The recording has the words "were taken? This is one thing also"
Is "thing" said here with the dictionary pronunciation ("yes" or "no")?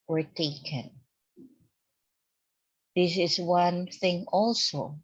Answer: yes